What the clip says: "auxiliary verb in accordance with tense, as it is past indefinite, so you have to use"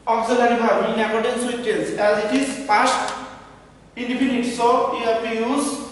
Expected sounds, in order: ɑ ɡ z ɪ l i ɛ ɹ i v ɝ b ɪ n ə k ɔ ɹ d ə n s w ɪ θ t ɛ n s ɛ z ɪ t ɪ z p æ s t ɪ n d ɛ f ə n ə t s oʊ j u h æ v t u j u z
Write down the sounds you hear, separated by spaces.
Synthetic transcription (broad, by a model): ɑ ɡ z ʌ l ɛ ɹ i b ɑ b ɪ n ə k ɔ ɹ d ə n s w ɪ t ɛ l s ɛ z ɪ t ɪ z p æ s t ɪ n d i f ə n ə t s oʊ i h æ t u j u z